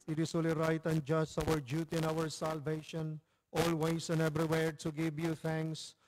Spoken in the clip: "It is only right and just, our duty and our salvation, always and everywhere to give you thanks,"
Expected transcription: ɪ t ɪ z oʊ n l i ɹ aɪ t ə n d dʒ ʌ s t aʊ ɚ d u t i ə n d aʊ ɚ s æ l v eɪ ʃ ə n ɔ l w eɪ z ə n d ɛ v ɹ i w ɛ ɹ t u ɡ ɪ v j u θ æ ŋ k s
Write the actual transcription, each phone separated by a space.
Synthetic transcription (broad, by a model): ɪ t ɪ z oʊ l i ɹ aɪ t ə n dʒ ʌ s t aʊ ɚ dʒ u t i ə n aʊ ɚ s æ l v eɪ ʃ ə n ɔ l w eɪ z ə n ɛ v ɹ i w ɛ ɹ t u ɡ ɪ v j u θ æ ŋ k s